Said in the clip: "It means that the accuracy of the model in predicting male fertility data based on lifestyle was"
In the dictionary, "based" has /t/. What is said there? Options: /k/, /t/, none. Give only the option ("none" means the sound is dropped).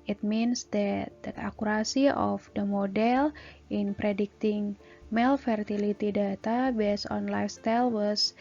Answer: none